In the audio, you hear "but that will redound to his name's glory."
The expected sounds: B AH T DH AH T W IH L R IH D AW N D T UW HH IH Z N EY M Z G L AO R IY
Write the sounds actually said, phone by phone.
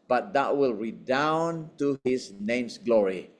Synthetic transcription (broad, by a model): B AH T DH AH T W IH L R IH D AW N T UW HH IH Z N EY M S G L AO R IY